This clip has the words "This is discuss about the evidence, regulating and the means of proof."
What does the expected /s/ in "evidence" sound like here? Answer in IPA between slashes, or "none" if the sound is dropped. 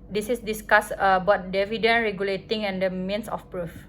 none